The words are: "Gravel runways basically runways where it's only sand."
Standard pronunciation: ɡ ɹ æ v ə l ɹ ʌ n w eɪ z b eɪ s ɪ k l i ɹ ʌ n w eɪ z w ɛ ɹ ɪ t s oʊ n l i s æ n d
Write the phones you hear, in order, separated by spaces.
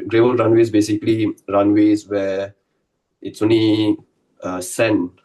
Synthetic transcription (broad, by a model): ɡ ɹ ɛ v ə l ɹ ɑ n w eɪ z b eɪ s ɪ k l i ɹ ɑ n w eɪ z w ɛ ɪ t s oʊ n l i s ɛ n